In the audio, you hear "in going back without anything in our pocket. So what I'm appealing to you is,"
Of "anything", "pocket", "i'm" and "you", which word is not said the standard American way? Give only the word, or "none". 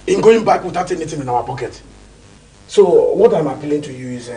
anything